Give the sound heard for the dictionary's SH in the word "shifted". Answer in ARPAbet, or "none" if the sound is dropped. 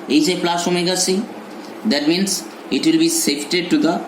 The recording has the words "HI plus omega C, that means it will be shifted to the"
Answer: S